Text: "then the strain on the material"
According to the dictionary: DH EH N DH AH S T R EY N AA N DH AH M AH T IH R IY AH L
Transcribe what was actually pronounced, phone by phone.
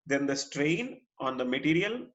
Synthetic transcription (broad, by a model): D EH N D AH S T R EY N AA N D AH M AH T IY R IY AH L